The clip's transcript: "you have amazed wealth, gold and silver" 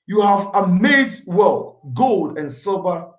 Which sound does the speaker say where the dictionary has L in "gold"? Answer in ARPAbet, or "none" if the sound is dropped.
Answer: L